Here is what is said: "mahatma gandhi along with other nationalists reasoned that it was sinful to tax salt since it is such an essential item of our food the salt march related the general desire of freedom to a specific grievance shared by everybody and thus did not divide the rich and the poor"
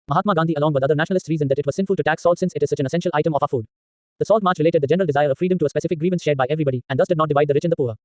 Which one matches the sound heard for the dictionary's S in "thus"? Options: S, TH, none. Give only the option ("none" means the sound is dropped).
S